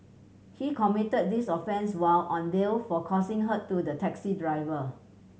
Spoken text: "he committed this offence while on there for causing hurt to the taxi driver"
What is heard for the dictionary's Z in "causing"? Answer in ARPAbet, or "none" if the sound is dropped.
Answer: S